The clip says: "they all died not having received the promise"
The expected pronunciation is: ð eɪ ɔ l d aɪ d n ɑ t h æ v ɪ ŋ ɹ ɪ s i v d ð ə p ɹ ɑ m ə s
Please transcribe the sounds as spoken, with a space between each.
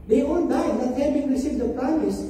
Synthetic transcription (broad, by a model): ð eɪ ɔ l d aɪ d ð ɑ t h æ b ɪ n ɹ ɪ s i v d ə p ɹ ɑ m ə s